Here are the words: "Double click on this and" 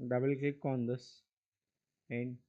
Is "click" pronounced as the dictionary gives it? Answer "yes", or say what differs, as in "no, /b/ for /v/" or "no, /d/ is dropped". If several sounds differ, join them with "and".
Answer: no, /l/ is dropped